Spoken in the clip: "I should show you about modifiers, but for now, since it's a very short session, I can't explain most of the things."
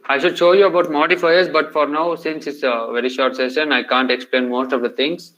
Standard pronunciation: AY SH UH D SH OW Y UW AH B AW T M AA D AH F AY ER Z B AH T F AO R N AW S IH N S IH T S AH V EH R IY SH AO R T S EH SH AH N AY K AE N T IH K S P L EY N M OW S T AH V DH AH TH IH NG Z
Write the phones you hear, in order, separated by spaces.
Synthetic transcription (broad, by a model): AY SH UH D SH OW Y UW AH B AW T M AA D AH F AY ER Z B AH T F AO R N AW S IH N S IH T S AH V EH R IY SH AO R T S EH SH AH N AY K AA N T IH K S P L EY N M OW S T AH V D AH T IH NG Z